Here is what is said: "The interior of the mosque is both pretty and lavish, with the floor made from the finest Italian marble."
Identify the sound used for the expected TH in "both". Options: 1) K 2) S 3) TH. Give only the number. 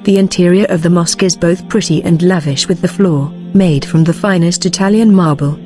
3